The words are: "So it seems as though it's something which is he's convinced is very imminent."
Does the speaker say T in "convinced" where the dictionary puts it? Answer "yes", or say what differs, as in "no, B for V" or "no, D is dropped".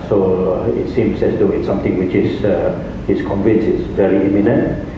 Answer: no, T is dropped